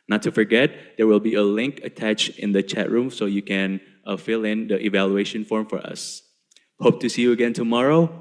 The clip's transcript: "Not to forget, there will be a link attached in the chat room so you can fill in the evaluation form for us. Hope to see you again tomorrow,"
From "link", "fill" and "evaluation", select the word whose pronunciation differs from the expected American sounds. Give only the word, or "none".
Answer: none